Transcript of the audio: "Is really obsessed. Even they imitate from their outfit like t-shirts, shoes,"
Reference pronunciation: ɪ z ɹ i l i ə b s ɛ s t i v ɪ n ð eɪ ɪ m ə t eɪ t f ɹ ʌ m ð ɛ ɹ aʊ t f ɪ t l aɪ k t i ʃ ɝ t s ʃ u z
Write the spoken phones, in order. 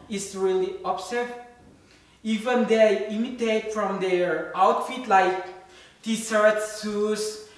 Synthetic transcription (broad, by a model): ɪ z ɹ i l i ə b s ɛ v i v ɪ n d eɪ m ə t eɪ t f ɹ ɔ m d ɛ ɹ aʊ t f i t l aɪ k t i s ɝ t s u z